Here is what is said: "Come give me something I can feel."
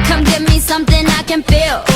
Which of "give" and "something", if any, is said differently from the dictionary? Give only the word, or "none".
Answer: none